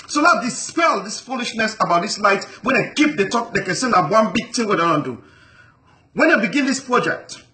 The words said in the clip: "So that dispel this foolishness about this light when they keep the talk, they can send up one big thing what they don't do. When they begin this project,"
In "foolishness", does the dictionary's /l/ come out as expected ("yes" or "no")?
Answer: yes